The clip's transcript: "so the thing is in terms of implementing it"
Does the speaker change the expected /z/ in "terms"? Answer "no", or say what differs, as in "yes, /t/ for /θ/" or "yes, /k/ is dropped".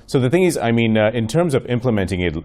no